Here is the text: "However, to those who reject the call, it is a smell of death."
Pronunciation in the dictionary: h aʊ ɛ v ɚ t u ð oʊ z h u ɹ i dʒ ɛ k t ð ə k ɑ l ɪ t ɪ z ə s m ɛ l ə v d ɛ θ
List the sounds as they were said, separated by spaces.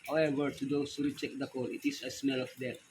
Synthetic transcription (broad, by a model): h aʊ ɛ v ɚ t u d oʊ s h u ɹ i tʃ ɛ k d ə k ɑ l ɪ t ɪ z ə s m ɛ l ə f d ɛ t